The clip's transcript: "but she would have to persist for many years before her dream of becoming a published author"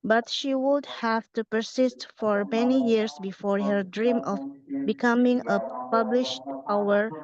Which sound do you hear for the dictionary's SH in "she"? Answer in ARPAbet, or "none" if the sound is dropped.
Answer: SH